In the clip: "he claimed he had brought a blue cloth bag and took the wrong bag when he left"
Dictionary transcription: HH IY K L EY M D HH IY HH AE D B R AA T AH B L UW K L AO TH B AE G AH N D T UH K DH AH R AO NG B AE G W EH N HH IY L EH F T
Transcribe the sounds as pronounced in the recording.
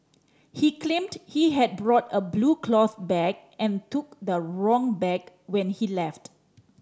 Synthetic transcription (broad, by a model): HH IY K L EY M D HH IY HH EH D B R AA T AH B L UW K L AO TH B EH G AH N T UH K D AH R AO NG B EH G W EH N HH IY L EH F T